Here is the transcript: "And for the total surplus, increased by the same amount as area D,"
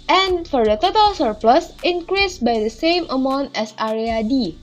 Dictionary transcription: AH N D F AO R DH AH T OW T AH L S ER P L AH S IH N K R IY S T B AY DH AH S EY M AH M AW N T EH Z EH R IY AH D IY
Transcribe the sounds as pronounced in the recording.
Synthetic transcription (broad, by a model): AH N F AO R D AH T OW T AH L S ER P L AH S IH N K R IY S B AY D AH S EY M AH M AW N T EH S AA R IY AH D IY